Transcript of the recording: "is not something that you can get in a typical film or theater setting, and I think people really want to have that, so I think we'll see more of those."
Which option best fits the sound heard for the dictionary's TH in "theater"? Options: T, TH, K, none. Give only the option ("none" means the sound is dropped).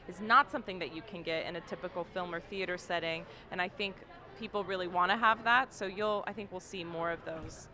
TH